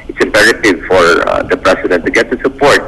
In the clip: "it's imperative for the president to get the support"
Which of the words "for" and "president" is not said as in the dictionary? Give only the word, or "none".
president